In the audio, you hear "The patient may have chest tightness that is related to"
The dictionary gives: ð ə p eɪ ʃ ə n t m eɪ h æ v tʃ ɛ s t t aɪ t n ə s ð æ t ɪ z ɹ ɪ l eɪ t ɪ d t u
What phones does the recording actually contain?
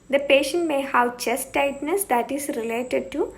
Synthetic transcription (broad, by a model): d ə p eɪ ʃ ə n t m eɪ h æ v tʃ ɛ s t t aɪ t n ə s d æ t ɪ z ɹ ɪ l eɪ t ɪ d t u